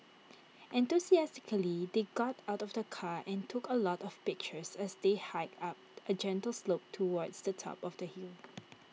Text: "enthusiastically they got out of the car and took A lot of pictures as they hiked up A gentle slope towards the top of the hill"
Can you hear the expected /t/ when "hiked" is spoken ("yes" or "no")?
no